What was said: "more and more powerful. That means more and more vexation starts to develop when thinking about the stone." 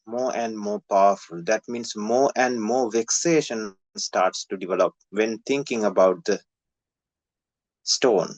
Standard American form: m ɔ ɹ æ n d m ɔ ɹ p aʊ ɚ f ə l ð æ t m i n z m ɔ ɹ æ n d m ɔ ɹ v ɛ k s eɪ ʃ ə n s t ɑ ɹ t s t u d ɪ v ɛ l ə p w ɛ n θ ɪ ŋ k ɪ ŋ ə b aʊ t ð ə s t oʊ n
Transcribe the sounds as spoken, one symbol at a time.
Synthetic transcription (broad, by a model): m ɔ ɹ æ n d m ɔ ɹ p aʊ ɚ f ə l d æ t m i n s m ɔ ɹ æ n d m ɔ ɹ v ɛ k s eɪ ʃ ə n s t ɑ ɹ t s t u d ɪ v ɛ l ə p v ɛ n t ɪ ŋ k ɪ ŋ ə b aʊ t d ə s t oʊ n